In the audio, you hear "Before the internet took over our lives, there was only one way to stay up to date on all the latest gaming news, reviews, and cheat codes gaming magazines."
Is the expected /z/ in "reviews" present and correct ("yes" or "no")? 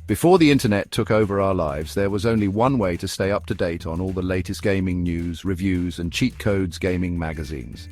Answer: yes